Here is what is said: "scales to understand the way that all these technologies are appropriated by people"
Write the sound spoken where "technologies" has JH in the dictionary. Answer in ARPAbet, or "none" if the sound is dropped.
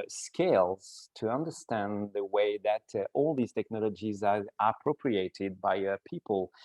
JH